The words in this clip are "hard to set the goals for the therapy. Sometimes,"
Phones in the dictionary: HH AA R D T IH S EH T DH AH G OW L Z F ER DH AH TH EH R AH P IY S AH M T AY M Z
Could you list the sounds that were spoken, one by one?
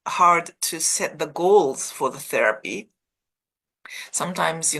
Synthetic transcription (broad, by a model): HH AA R D T IH S EH T DH AH G OW L Z F ER DH AH TH EH R AH P IY S AH M T AY M Z